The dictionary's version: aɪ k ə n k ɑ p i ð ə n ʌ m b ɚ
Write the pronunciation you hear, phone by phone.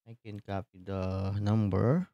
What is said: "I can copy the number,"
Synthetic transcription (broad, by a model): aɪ k ə n k ɑ p i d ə n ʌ m b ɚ